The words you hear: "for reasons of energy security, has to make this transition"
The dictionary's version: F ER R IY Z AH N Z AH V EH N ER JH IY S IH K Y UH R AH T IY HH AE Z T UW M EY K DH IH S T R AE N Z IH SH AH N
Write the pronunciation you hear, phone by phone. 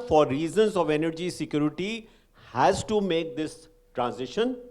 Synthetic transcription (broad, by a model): F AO R IY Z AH N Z AH V EH N ER JH IY S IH K Y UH R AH T IY HH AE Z T UW M EY K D IH S T R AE N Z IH SH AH N